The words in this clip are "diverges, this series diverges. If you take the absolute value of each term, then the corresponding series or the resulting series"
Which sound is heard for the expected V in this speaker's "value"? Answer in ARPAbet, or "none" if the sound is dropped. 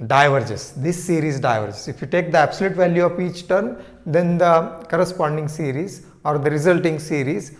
V